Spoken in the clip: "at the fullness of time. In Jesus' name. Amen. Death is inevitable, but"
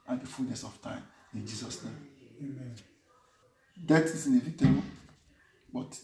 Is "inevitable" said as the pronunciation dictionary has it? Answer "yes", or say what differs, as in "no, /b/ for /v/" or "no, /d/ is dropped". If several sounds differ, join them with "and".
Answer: no, /n/ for /l/